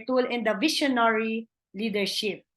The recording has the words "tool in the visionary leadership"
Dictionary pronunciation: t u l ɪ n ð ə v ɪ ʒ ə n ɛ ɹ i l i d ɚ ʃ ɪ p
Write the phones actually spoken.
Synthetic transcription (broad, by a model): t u l ɪ n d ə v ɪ ʃ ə n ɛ ɹ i l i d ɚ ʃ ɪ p